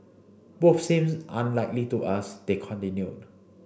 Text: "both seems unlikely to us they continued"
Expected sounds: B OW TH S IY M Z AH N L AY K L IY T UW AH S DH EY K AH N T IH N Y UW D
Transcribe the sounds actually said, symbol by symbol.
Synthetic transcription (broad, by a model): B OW F S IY M S AH N L AY K L IY T UW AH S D EY K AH N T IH N Y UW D